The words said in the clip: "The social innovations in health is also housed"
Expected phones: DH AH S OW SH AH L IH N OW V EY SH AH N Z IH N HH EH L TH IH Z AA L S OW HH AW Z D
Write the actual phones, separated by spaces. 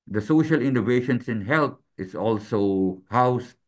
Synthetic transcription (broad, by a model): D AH S OW SH AH L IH N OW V EY SH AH N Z IH N HH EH L T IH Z AA L S OW HH AW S